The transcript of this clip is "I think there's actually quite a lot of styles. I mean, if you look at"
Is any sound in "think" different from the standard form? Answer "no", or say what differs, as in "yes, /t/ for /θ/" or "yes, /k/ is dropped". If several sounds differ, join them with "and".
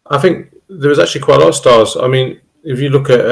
no